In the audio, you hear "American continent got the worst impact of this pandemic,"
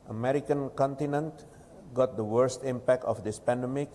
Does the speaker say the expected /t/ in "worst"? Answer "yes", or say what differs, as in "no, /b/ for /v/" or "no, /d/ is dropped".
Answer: yes